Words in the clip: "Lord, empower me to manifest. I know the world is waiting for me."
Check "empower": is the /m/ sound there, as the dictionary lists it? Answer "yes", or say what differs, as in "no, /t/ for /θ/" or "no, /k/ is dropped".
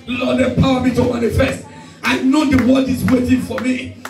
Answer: no, /m/ is dropped